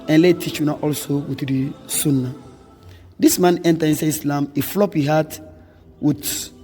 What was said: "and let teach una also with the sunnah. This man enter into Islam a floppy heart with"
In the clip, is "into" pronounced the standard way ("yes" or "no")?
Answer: no